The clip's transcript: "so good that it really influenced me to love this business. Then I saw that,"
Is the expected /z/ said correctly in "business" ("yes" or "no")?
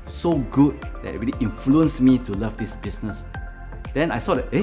no